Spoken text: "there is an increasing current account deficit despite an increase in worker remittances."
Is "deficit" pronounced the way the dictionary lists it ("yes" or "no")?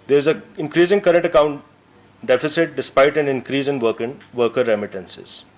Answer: yes